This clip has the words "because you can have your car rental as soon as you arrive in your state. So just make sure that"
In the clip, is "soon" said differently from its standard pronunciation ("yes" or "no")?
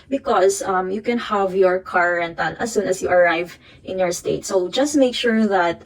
no